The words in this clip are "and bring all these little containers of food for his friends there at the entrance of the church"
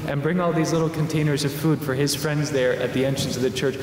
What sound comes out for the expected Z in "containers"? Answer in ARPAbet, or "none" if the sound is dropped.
Z